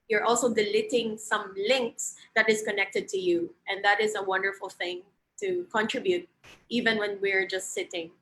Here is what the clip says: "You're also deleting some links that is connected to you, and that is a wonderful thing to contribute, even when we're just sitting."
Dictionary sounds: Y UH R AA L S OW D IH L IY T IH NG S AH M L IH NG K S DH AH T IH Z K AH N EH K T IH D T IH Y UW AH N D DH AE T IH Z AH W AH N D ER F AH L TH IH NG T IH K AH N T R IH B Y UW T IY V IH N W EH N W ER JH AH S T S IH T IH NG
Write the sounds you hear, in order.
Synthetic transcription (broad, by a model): Y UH R AA L S OW D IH L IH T IH NG S AH M L IH NG K S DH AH T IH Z K AH N EH K T IH D T IH Y UW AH N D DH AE T IH Z AH W AH N D ER F AH L TH IH NG T IH K AH N T R IH B Y UW T IY V IH N W EH N W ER JH AH S T S IH T IH NG